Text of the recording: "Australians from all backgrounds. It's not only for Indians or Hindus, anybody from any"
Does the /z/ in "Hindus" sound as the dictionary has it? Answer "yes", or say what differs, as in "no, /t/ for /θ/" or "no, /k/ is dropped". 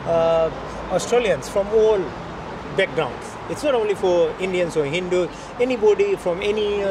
no, /z/ is dropped